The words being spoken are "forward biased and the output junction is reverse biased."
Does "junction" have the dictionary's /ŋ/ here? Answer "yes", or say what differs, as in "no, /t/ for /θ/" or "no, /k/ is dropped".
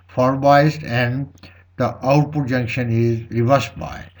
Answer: yes